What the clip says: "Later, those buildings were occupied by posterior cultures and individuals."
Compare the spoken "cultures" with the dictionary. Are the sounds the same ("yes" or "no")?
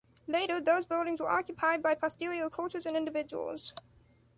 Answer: yes